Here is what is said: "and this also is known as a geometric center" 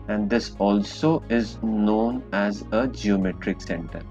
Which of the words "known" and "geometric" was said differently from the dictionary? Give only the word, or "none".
none